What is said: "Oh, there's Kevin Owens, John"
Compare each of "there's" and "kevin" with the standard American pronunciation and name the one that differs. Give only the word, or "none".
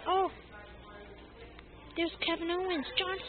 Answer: there's